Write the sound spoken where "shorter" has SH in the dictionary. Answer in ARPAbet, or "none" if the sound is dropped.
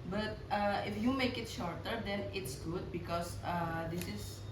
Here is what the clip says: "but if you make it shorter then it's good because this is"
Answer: SH